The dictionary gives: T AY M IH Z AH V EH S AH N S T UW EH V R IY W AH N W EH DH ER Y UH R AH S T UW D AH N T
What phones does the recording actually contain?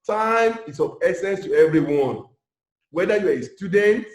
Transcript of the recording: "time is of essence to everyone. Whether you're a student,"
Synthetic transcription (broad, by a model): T AY M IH S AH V EH S AH N S T UW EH V R IY W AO N W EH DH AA Y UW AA AH S T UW D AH N T